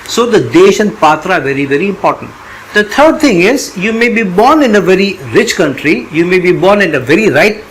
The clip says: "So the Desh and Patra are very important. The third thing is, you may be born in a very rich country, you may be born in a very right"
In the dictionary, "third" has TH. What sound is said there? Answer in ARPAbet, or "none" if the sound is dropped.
T